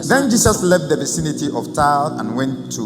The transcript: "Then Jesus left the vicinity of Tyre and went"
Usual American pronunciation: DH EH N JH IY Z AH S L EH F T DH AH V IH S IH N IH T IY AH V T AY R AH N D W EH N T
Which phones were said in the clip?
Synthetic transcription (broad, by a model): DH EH N JH IY S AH S L EH F T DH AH V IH S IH N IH T IY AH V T AY L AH N W EH N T